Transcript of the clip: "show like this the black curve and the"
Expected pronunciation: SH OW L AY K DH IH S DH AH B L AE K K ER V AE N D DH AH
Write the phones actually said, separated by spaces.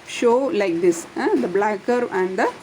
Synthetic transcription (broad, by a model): SH OW L AY K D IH S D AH B L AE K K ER AE N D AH